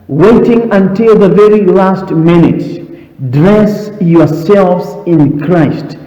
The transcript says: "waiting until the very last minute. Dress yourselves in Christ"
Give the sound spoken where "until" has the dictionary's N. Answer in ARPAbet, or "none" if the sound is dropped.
N